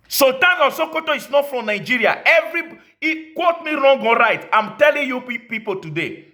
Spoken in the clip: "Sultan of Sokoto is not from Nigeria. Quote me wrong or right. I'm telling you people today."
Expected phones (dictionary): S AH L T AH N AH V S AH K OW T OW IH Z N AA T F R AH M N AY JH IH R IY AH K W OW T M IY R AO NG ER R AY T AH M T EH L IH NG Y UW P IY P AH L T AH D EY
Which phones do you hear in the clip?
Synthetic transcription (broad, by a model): S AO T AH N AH S AH K OW T OW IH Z N AA T F R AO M N AY JH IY R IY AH K W OW T M IY R AO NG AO R AY T AH M T EH L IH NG Y UW P IY P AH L T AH D EY